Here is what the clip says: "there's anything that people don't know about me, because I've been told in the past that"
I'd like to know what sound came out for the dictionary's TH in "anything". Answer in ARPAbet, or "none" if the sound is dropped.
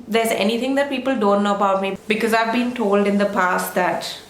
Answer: T